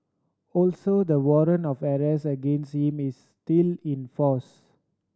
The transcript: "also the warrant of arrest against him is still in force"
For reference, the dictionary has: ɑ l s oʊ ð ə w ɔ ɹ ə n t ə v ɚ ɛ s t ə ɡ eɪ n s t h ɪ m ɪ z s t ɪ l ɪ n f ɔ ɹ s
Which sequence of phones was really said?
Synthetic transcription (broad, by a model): ɑ l s oʊ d ə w ɔ ɹ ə n ə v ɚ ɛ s ə ɡ eɪ n s t h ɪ m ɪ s t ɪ l ɪ n f ɔ s